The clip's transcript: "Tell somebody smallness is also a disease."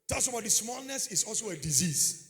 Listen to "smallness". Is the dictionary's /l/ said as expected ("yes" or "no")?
yes